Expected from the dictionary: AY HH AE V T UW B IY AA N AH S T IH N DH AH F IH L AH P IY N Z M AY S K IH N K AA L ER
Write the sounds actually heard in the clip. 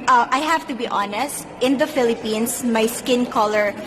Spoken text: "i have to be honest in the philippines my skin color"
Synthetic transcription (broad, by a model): AY HH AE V T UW B IY AA N AH S T IH N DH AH F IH L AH P IY N S M AY S K IH N K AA L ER